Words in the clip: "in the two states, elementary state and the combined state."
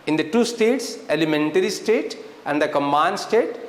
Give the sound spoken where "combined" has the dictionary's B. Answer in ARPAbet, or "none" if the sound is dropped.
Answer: none